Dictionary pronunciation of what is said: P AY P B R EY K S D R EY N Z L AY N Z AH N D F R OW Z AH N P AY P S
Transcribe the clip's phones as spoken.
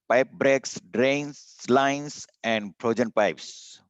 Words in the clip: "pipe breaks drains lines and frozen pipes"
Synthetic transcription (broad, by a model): P AY P B R EY K S D R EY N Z L AY N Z AH N D P R OW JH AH N P AY P S